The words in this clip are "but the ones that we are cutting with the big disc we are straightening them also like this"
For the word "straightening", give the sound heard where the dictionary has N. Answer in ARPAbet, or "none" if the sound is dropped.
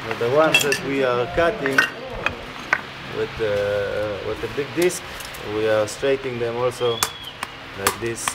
none